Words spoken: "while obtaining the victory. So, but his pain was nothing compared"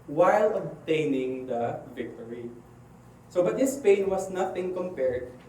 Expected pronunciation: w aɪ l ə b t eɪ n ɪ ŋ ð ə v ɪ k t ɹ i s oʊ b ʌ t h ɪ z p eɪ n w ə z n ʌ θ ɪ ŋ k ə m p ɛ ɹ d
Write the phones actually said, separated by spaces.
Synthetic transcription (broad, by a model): w aɪ l ə b t eɪ n ɪ ŋ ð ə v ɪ k t ɹ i s oʊ b ʌ t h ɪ s p eɪ n w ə s n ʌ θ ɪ ŋ k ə m p ɛ ɹ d